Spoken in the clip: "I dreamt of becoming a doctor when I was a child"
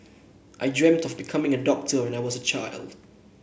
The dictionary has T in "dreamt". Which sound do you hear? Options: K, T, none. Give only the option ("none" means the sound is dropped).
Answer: T